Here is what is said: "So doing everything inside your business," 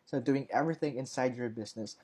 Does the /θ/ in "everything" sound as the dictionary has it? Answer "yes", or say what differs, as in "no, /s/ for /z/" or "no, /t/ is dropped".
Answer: yes